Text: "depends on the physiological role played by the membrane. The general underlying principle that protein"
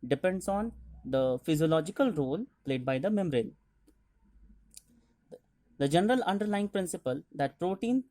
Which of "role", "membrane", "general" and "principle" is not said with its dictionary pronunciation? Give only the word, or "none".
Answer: membrane